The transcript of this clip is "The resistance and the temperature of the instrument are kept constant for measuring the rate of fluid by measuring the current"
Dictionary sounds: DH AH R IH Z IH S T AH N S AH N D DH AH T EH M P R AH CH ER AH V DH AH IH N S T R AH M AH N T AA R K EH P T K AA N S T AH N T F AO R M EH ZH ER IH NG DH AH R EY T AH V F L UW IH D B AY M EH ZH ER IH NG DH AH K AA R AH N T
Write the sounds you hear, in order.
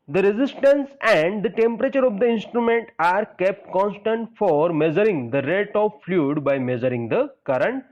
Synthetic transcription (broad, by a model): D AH R IH Z IH S T AH N S AH N D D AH T EH M P R AH CH ER AH V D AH IH N S T R AH M AH N T AA R K EH P T K AA N S T AH N T F AO R M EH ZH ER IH NG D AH R EY T AH V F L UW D B AY M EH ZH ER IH NG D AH K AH R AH N T